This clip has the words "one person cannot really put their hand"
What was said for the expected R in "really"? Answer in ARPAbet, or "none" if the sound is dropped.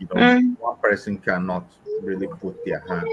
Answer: R